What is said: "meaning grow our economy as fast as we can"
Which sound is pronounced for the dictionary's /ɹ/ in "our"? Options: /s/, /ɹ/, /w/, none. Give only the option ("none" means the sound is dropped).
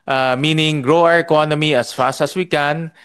/ɹ/